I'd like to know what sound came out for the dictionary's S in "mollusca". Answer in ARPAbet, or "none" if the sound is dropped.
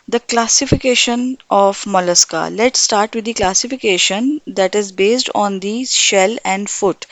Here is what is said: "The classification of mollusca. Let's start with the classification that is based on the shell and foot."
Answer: S